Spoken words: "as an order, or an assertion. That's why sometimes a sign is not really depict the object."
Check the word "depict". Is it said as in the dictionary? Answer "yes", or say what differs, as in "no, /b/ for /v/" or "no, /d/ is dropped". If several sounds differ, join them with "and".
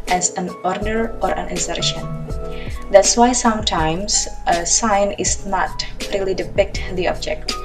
yes